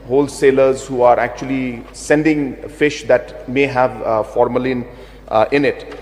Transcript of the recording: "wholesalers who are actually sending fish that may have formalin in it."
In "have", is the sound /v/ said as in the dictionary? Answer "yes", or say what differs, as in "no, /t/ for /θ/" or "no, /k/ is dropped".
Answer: yes